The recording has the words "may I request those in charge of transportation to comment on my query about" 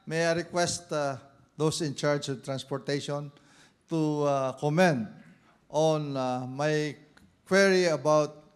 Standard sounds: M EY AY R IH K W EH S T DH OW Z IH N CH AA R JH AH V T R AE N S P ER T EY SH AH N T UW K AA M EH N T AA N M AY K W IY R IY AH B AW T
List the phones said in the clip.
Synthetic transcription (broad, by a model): M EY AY R IH K W EH S T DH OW S IH N CH AA R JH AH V T R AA N S P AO T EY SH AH N T UW K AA M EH N T AA N M AY K W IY R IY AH B AW T